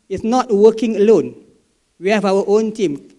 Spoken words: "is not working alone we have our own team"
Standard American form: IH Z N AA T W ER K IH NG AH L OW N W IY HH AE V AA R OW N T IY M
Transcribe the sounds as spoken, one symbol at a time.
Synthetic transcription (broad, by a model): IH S N AA T W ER K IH NG AH L OW N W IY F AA W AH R OW N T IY M